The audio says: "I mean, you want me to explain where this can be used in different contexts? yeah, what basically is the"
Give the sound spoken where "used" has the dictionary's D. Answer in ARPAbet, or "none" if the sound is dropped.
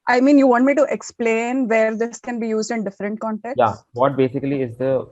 D